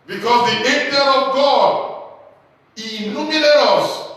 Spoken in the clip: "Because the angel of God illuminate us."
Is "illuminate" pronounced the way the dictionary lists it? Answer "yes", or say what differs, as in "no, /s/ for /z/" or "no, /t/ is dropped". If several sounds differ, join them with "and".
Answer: no, /n/ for /l/